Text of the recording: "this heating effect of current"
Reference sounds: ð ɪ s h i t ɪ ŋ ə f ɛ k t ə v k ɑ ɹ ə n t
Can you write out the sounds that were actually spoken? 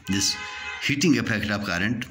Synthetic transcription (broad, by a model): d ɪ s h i t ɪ ŋ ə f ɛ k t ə p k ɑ ɹ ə n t